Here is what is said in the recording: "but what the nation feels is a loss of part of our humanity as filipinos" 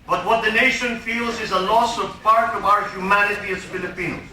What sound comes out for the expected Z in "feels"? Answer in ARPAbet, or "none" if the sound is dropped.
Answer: Z